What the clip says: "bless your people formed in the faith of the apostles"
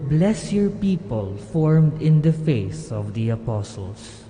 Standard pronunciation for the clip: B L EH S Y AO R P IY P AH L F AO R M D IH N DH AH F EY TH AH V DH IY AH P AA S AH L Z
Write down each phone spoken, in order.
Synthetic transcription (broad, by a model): B L EH S Y AO R P IY P AH L F AO R M D IH N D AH F EY S AH V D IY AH P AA S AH L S